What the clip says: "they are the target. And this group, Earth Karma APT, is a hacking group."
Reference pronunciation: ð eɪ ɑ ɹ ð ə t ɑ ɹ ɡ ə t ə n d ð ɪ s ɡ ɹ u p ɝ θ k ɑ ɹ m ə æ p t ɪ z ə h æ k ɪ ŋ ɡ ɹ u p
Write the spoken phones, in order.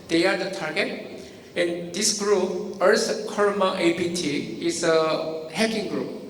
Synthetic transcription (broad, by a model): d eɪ ɑ ɹ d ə t ɑ ɹ ɡ ə t ə n d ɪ s ɡ ɹ u p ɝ s k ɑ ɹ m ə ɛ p t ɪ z ə h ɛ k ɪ ŋ ɡ ɹ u p